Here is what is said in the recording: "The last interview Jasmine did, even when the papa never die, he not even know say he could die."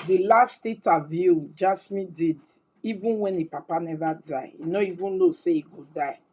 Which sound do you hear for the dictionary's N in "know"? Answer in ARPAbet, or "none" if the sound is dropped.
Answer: L